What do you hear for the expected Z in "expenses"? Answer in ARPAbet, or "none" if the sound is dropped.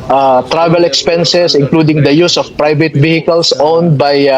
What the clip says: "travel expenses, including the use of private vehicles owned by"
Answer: S